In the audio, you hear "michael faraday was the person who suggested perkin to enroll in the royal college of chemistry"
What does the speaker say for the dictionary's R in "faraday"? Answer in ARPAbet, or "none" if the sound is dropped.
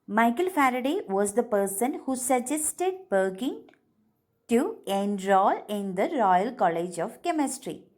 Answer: R